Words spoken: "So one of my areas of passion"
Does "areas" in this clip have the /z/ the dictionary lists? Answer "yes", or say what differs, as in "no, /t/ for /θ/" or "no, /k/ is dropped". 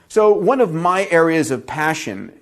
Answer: yes